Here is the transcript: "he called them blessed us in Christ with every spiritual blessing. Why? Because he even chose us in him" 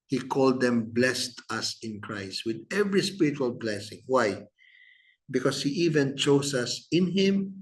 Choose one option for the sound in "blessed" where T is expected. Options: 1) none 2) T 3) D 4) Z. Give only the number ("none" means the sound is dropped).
2